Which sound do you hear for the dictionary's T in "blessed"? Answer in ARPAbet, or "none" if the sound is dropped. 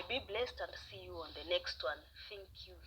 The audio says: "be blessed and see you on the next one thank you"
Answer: T